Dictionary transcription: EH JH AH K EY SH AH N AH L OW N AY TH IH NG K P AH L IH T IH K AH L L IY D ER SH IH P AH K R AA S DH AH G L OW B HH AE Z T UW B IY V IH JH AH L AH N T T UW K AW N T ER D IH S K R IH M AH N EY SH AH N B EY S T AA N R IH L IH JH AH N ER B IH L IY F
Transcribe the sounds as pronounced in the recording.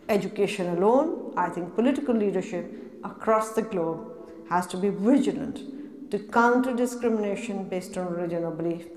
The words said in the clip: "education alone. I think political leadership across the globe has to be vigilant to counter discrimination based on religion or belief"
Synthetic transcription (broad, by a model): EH JH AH K EY SH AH N AH L OW N AY T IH NG K P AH L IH T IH K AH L L IY D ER SH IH P AH K R AA S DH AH G L OW B HH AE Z T UW B IY V IH JH AH L AH N T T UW K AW N T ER D IH S K R IH M AH N EY SH AH N B EY S T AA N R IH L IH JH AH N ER B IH L IY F